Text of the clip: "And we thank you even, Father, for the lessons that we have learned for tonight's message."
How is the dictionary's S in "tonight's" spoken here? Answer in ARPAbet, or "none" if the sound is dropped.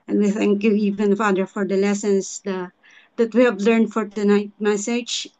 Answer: none